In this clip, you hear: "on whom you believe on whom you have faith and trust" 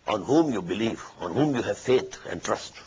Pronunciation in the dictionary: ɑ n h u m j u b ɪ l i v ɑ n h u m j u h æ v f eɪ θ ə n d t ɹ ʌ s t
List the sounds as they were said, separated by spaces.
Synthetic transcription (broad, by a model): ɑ n h u m j u b ɪ l i v ɑ n h u m j u h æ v f eɪ t ə n d t ɹ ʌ s t